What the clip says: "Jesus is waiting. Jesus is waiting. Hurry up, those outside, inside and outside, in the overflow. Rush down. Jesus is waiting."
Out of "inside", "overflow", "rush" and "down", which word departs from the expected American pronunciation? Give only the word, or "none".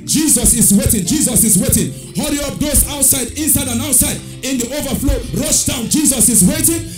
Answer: none